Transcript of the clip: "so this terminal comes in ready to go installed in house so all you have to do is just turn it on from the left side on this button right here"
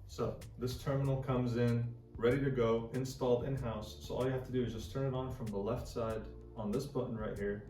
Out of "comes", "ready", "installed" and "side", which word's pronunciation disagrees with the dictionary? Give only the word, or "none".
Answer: none